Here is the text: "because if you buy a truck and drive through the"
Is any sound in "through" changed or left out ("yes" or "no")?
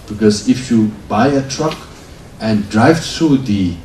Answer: yes